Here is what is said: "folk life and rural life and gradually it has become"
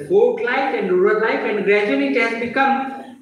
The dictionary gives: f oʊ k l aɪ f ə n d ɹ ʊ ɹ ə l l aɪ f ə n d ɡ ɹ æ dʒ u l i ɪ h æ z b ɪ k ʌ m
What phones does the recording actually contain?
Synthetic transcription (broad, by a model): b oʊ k l aɪ f ə n d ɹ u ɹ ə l l aɪ f ə n d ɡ ɹ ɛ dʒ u n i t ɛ s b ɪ k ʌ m